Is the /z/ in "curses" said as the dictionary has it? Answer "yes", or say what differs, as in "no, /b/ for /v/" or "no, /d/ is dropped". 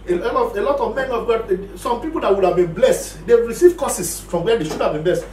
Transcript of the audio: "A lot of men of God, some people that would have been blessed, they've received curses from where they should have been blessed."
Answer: no, /s/ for /z/